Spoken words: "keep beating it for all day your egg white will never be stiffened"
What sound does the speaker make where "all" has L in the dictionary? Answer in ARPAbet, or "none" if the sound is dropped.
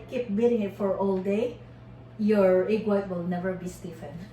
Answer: L